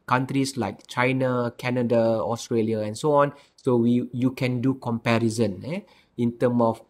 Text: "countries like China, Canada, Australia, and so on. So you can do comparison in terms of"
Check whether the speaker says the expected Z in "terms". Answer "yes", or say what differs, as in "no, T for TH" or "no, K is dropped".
no, Z is dropped